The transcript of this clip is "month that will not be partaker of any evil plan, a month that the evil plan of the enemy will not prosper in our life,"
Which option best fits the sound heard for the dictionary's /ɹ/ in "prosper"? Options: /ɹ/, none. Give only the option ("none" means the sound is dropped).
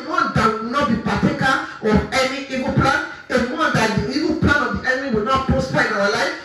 none